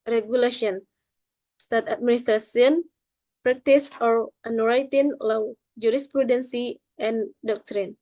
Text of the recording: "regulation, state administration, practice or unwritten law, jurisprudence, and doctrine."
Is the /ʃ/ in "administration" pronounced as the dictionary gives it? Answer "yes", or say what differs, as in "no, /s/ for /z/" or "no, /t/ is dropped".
no, /s/ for /ʃ/